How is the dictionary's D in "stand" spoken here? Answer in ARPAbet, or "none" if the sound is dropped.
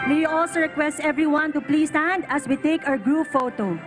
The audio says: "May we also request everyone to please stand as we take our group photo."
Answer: D